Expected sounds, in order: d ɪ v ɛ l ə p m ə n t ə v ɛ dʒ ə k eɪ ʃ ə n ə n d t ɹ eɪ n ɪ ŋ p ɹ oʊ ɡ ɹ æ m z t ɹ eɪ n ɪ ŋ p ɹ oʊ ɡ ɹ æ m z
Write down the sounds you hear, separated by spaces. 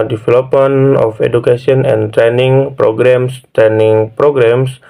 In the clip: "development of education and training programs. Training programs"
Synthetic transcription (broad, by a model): d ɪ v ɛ l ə p m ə n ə f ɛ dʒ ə k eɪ s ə n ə n t ɹ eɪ n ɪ ŋ p ɹ oʊ ɡ ɹ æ m s t ɹ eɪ n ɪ ŋ p ɹ oʊ ɡ ɹ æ m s